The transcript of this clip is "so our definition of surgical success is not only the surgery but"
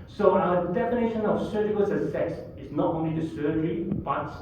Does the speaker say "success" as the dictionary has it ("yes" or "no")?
no